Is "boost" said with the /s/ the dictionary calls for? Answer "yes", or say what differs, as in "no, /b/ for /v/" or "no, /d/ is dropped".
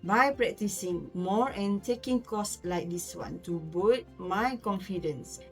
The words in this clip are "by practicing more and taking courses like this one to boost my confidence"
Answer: no, /s/ is dropped